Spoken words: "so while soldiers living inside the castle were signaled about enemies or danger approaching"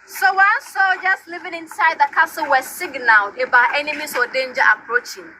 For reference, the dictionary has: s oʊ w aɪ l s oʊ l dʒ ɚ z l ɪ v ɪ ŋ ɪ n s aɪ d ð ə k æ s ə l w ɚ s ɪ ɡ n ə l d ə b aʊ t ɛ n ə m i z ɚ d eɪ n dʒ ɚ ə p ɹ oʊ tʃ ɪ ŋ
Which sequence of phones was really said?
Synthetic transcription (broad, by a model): s oʊ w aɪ s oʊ dʒ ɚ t l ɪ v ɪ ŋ ɪ n s aɪ d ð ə k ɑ s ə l w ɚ s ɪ ɡ n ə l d ə b aʊ t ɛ n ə m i s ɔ d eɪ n dʒ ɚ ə p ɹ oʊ tʃ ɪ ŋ